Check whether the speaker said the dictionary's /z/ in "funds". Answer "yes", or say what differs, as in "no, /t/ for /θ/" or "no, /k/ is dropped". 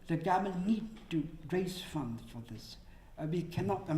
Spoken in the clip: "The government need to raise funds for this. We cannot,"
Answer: no, /z/ is dropped